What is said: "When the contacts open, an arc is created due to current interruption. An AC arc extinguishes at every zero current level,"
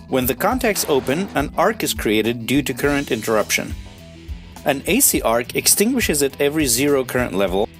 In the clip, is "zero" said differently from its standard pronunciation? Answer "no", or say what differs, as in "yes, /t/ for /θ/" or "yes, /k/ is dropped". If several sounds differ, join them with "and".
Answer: no